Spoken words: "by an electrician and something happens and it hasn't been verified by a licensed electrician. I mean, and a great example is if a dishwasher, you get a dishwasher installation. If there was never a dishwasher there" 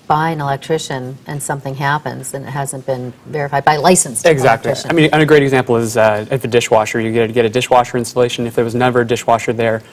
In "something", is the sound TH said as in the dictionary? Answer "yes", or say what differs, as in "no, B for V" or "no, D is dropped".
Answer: yes